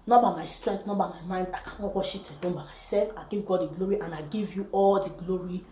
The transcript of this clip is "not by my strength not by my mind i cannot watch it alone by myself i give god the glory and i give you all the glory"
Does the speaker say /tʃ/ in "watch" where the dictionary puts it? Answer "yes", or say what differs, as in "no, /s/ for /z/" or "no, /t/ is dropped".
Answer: no, /ʃ/ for /tʃ/